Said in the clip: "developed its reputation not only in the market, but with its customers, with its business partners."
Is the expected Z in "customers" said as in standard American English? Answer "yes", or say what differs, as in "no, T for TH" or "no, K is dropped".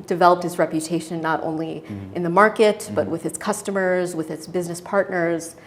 yes